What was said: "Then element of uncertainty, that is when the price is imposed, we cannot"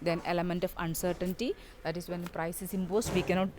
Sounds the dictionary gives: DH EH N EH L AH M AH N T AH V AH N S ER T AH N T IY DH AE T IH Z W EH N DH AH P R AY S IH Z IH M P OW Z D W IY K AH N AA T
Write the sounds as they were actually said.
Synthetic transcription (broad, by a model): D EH N EH L AH M AH N T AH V AH N S ER T AH N T IY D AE T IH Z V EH N P R AY S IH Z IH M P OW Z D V IY K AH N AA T